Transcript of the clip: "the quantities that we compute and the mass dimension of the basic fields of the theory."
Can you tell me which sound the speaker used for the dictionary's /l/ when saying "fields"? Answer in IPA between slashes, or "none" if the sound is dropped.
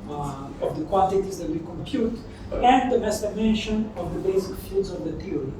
none